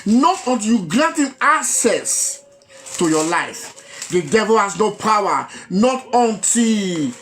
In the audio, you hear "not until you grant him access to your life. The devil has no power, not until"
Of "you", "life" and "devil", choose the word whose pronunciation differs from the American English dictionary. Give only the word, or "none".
none